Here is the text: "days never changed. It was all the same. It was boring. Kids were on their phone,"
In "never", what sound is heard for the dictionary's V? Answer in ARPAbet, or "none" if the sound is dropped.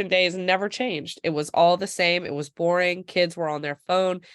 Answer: V